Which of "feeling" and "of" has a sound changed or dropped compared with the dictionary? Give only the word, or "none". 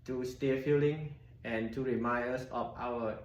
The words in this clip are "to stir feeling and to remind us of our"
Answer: of